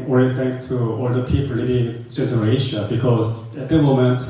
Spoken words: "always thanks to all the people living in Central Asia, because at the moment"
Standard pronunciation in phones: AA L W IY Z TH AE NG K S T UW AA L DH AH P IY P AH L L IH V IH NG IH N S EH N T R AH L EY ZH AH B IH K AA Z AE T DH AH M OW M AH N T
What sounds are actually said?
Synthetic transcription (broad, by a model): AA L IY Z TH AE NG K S T UW AA L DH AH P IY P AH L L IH B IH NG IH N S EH T AH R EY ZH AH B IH K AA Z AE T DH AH M OW M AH N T